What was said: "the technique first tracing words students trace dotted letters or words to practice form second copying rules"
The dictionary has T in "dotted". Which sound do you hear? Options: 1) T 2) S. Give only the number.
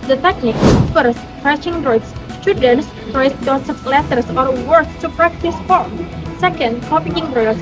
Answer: 2